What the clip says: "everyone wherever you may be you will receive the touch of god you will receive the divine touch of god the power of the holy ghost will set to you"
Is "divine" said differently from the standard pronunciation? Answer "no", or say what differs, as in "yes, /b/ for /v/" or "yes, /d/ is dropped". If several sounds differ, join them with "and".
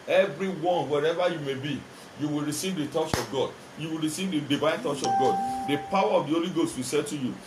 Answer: no